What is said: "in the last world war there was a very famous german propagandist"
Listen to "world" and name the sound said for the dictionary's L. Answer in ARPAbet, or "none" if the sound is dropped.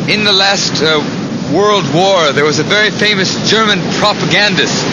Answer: L